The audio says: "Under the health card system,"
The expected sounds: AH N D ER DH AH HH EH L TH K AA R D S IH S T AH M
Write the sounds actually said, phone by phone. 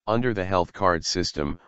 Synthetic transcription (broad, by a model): AH N D ER DH AH HH EH L TH K AA R D S IH S T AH M